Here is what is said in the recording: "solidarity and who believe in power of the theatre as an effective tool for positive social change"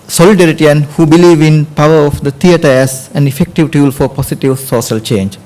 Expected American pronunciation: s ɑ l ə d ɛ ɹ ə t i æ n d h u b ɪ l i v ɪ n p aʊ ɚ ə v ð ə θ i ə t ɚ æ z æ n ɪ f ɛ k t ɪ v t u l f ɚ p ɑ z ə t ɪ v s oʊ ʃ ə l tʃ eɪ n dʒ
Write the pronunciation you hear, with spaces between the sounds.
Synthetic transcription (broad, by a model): s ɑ l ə d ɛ ɹ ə t i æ n h u b ɪ l i v ɪ n p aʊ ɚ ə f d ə t i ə t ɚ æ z æ n ɪ f ɛ k t ɪ v t u l f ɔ p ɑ s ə t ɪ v s oʊ ʃ ə l tʃ eɪ n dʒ